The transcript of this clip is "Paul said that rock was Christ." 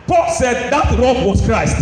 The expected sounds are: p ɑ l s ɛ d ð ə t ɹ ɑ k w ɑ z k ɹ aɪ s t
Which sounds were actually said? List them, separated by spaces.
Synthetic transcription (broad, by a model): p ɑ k s ɛ d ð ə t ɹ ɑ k w ɑ s k ɹ aɪ s t